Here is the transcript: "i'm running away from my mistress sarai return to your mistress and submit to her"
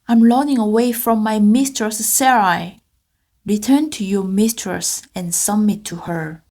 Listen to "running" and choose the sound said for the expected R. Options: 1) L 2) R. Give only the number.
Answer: 1